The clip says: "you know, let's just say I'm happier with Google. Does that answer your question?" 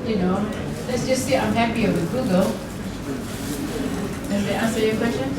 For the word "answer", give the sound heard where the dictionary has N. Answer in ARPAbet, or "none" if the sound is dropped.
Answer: none